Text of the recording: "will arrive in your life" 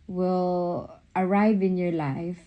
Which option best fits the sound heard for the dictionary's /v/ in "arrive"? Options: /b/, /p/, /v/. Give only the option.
/v/